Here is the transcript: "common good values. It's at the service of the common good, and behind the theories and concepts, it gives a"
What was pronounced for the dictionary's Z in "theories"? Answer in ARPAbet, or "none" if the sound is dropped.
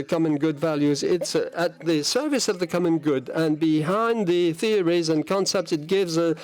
Z